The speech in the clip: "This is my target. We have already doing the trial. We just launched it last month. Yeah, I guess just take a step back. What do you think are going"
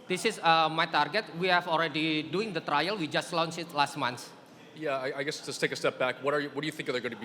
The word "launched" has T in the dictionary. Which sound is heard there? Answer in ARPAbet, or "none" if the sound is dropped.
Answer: none